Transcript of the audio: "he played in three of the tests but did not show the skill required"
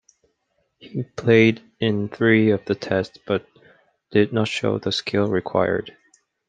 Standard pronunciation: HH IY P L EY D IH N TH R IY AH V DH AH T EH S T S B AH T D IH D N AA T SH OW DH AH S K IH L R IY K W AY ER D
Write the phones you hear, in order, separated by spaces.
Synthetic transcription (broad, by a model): HH IY P L EY D IH N TH R IY AH V DH AH T EH S T S B AH T D IH D N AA T SH OW DH AH S K IH L R IY K W AY ER D